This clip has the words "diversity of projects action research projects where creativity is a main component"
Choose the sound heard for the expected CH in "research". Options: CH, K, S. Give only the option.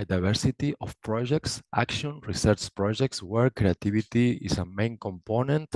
CH